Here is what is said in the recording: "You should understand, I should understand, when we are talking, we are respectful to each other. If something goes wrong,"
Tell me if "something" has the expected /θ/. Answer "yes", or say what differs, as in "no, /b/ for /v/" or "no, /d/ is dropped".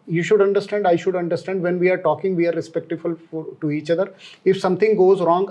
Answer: no, /t/ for /θ/